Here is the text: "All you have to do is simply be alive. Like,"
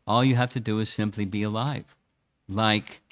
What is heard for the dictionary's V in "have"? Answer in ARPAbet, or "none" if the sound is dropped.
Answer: F